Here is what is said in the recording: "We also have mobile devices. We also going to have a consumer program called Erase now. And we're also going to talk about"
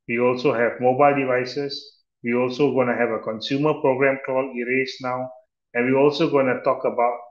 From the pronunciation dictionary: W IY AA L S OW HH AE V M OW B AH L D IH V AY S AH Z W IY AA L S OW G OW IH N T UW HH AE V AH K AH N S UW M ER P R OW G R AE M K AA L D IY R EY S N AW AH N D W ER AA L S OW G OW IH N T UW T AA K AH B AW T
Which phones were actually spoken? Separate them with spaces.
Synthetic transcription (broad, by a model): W IY AA L S OW HH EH V M OW B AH L D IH V AY S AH S W IY AA L S OW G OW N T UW HH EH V AH K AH N S UW M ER P R OW G R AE M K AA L IY R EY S N AW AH N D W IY AA L S OW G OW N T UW T AA K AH B AW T